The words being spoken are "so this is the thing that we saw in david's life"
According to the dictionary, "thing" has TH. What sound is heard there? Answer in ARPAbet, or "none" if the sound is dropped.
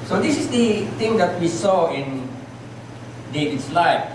T